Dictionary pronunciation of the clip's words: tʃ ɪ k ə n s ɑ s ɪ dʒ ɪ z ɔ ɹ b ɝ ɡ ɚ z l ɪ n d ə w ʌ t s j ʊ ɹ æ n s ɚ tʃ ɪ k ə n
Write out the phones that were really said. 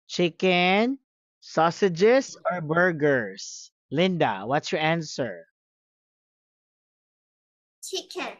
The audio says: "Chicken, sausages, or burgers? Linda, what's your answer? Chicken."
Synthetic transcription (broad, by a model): tʃ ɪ k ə n s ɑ s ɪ dʒ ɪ s ɔ ɹ b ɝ ɡ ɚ s l ɪ n d ə w ʌ t s j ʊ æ n s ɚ tʃ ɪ k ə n